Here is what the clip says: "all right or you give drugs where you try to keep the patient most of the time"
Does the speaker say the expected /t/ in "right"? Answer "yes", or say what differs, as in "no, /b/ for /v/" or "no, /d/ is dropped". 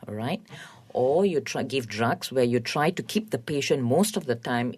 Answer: yes